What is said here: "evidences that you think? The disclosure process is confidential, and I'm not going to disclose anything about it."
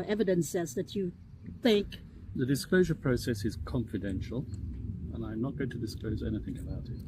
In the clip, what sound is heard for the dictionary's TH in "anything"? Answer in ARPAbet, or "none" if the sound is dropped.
TH